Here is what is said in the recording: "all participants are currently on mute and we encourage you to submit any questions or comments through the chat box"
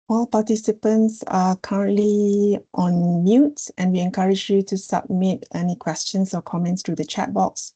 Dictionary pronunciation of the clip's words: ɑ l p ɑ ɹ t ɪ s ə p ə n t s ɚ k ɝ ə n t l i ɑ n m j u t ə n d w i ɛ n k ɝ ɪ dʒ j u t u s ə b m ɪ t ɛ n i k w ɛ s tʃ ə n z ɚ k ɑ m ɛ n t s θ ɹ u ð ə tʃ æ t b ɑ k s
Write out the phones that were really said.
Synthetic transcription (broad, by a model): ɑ l p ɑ t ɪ s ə p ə n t s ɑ k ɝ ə n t l i ɑ n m j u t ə n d w i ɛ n k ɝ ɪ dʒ j u t u s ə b m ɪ t ɛ n i k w ɛ s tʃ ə n s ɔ k ɑ m ɛ n t s t ɹ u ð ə tʃ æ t b ɑ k s